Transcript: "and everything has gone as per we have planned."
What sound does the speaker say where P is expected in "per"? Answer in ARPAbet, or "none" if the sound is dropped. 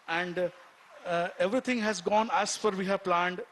F